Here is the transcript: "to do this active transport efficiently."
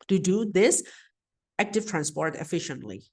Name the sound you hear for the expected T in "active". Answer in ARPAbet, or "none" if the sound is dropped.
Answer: T